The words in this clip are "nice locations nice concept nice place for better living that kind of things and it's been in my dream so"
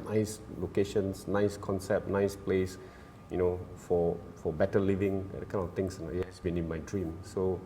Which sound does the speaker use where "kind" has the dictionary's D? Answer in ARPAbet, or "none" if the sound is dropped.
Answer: none